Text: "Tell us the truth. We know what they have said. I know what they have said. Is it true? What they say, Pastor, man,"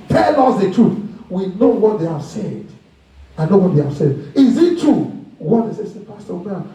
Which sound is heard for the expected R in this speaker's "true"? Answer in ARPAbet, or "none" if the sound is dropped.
none